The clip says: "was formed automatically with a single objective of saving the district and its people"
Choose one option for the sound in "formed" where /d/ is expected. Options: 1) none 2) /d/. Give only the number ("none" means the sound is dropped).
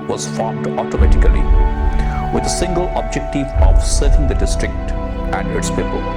2